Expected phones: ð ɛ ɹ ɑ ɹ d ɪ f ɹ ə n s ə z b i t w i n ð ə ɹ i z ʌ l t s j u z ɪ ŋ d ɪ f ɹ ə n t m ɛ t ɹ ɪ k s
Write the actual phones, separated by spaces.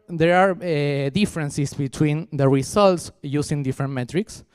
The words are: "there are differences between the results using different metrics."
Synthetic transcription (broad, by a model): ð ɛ ɹ ɑ ɹ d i f ɹ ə n s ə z b i t w i n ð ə ɹ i s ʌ l t s j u s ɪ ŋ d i f ɹ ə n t m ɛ t ɹ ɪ k s